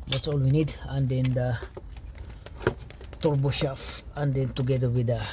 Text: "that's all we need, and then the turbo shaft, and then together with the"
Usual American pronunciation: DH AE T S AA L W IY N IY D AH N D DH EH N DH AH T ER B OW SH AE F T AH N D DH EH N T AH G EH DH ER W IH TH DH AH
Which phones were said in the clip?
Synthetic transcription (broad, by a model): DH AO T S AA L W IY N IY D AH N D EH N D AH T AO B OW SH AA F AH N D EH N T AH G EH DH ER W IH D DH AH